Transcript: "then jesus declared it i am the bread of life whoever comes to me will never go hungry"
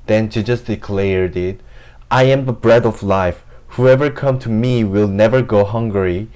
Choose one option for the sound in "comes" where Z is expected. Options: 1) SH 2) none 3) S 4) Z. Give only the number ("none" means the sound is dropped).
2